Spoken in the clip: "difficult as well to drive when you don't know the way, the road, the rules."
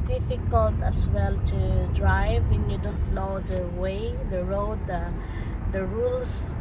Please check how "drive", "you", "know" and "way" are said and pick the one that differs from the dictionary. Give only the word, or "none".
know